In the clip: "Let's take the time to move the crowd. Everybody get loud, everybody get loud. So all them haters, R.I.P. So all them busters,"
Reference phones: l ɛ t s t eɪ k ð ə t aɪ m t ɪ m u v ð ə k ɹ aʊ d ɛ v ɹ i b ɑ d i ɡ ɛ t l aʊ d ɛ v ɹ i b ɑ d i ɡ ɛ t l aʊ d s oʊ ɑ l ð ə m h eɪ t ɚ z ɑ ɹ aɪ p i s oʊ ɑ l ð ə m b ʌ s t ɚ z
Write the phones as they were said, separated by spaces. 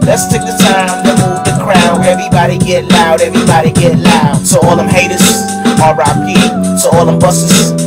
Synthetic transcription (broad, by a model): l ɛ t s t eɪ k ð ə t aɪ m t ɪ m u v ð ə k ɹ aʊ ɛ v ɹ i b ɑ d i ɡ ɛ t l aʊ d ɛ v ɹ i b ɑ d i ɡ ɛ t l aʊ d s oʊ ɑ l ð ə m h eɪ t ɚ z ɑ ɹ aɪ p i s oʊ ɑ l ð ə m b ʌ s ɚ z